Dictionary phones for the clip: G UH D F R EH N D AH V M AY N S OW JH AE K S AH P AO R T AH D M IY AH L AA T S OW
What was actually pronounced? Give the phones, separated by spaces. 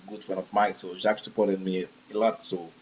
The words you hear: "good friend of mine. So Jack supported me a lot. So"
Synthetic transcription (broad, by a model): G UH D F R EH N AH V M AY S OW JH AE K S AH P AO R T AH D M IY AH L AA T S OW